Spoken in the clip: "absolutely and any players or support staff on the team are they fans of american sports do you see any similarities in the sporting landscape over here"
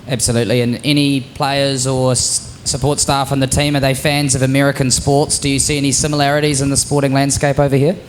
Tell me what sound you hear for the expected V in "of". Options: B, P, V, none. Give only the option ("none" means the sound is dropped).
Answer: V